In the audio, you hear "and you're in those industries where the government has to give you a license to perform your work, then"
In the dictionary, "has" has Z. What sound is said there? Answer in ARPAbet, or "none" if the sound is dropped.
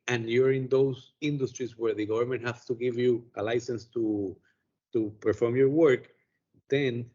S